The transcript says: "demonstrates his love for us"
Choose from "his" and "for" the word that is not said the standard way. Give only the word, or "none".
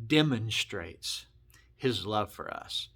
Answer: none